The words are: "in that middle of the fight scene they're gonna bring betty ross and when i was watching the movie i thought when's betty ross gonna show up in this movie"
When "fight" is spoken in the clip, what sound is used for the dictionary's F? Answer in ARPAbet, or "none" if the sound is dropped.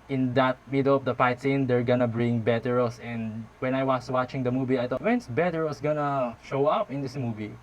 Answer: P